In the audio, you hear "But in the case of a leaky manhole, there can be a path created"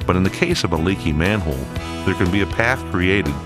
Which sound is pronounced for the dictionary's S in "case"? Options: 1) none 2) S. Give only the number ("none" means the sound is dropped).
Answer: 2